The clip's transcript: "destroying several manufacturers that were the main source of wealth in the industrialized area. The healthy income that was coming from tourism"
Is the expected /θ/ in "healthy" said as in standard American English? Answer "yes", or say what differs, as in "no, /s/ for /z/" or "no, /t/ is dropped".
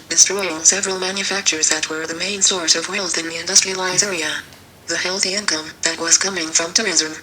yes